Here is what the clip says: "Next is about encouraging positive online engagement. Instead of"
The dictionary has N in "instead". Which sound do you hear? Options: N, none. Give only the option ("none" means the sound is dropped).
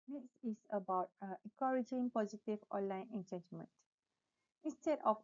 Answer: N